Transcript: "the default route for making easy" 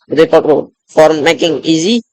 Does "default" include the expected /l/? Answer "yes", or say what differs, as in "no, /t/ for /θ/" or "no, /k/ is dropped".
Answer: no, /l/ is dropped